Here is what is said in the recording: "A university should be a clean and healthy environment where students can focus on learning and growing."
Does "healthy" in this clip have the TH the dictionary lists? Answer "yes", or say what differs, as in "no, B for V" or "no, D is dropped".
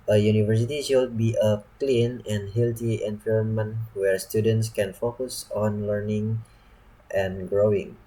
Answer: no, T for TH